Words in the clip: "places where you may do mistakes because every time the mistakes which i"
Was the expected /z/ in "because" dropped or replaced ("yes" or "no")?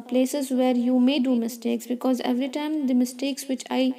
no